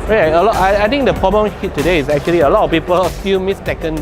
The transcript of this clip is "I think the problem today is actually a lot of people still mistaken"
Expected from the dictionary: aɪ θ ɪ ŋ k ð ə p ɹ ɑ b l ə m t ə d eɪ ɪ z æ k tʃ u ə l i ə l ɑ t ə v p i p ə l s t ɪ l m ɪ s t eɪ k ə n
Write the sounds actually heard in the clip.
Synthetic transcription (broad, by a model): aɪ t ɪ ŋ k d ə p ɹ ɑ b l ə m t ə d eɪ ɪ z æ k tʃ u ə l i ə l ɑ t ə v p i p ə l s t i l m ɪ s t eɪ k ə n